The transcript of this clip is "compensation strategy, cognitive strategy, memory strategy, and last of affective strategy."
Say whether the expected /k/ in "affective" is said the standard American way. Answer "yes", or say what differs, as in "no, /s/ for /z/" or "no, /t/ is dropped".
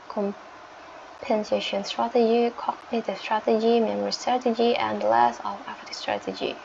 no, /k/ is dropped